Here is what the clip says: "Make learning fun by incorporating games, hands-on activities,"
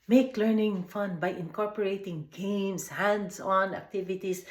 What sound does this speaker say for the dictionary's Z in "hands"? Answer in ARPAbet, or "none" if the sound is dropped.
S